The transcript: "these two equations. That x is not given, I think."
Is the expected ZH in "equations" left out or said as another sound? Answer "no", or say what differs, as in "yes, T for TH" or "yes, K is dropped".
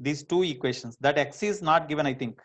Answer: yes, SH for ZH